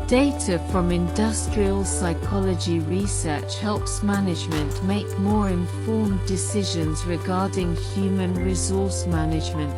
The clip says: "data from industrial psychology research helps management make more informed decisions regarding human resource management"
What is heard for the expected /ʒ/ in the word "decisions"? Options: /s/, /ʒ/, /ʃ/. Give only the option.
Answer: /ʒ/